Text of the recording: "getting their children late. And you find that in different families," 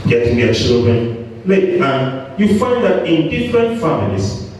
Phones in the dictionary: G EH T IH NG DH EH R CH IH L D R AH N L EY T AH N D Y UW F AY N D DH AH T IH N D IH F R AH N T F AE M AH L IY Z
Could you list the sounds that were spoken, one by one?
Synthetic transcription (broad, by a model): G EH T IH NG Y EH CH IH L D R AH N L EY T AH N Y UW F AY N D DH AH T IH N D IH F R AH N T F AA M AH L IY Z